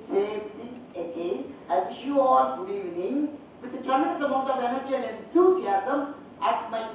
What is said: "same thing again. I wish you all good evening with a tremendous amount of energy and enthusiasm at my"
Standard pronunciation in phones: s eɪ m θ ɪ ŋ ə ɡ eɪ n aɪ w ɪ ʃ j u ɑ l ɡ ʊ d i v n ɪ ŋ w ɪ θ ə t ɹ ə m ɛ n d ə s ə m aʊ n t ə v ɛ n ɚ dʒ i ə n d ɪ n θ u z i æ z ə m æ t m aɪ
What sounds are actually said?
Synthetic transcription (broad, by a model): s eɪ m t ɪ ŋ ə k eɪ aɪ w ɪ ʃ j u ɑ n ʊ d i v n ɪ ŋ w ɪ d ə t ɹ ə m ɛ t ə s ə m aʊ n t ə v ɛ n ɚ dʒ i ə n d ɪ n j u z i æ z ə m æ t m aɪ